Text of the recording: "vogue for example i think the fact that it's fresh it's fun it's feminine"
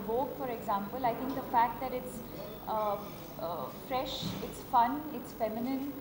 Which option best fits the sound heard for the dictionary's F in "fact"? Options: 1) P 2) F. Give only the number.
2